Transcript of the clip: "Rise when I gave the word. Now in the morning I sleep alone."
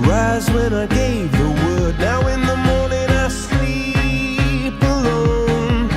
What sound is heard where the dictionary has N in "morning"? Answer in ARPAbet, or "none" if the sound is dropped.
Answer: N